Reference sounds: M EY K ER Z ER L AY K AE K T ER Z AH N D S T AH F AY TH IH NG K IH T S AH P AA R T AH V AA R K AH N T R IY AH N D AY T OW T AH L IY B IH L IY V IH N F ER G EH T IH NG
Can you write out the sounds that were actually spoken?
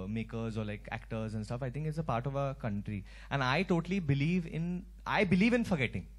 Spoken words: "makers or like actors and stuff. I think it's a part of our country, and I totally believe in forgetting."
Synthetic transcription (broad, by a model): M EY K ER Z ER L AY K AE K T ER Z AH N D S T AH F AY T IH NG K IH T S AH P AA R T AH V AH K AH N T R IY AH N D AY T OW T AH L IY B IH L IY V IH N F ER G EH T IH NG